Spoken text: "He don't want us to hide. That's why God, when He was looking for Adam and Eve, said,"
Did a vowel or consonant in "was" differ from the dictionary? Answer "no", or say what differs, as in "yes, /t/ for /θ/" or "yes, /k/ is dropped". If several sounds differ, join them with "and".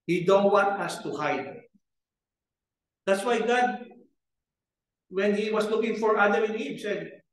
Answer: yes, /s/ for /z/